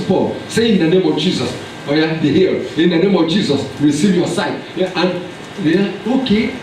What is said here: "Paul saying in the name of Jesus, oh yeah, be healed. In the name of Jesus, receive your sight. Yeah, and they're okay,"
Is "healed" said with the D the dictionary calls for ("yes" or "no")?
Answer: no